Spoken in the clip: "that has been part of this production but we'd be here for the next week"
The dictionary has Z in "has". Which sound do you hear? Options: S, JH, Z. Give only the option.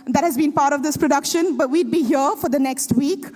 Z